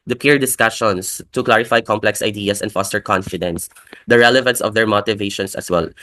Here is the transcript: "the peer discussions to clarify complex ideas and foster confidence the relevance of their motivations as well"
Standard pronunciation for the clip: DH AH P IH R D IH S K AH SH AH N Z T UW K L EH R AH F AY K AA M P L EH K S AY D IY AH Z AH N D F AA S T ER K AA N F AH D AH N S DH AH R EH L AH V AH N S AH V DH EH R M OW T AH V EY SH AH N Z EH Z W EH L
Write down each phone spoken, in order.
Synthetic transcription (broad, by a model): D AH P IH R D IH S K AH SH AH N S T UW K L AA R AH F AY K AA M P L EH K S AY D IY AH S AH N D F AA S T ER K AA N F AH D AH N S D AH R EH L AH V AH N S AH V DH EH R M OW T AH V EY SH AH N S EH S W EH L